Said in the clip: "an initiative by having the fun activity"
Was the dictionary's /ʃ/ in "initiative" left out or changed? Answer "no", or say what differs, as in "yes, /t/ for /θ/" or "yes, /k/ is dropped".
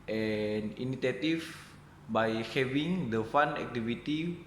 yes, /s/ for /ʃ/